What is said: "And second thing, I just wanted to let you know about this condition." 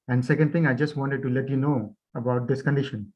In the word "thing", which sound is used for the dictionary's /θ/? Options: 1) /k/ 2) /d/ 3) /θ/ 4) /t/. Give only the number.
4